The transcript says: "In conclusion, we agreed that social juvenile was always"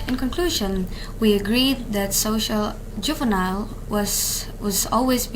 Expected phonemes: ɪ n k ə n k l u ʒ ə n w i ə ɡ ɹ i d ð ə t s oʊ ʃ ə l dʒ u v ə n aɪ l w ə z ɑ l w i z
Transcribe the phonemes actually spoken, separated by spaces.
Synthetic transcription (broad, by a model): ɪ n k ə n k l u ʒ ə n w i ə ɡ ɹ i d ð ə t s oʊ ʃ ə l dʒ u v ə n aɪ l w ə z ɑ l w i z